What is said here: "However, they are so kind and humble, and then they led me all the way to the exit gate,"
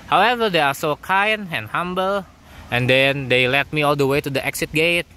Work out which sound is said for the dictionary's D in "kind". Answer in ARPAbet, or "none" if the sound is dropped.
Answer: none